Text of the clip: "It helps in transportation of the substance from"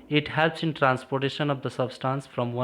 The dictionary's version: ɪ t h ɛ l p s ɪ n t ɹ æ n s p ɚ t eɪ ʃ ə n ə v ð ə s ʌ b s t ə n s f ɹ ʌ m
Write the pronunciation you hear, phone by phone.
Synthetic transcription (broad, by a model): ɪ t h ɛ l p s ɪ n t ɹ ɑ n s p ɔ t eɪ ʃ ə n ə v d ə s ʌ b s t ə n s f ɹ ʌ m